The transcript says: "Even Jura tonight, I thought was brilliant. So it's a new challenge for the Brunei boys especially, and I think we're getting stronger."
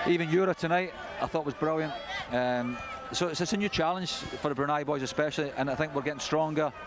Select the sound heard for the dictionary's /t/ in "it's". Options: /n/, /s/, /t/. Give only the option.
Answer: /s/